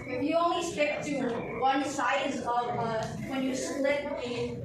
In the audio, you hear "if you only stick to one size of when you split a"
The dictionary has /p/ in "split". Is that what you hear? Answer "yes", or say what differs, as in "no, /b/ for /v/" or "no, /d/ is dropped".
no, /p/ is dropped